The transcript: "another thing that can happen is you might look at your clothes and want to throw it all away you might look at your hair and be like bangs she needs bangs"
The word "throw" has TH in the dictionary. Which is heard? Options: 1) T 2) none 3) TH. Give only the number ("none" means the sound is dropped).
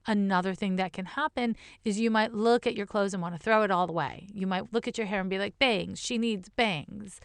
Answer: 3